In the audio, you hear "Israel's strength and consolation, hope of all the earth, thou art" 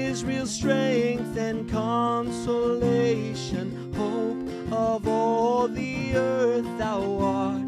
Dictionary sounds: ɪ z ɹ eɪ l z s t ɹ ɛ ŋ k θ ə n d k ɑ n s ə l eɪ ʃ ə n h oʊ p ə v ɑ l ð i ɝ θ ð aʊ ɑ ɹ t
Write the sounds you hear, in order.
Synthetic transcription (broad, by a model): ɪ z ɹ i l s t ɹ ɛ ŋ k θ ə n k ɑ n s ə l eɪ ʃ ə n h oʊ p ə v ɑ l ð i ɝ θ ð aʊ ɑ ɹ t